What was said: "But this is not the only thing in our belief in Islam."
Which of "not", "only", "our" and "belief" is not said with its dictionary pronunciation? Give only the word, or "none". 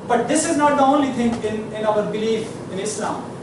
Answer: none